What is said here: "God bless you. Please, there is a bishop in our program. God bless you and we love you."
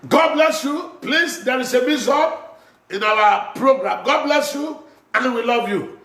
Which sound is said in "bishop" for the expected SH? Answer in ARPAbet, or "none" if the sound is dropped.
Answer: S